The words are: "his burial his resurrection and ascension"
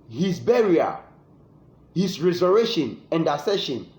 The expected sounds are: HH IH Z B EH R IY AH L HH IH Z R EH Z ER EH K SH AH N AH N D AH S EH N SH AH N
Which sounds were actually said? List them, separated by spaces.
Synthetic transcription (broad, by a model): HH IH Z B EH R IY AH HH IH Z R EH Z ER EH SH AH N AH N D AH S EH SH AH N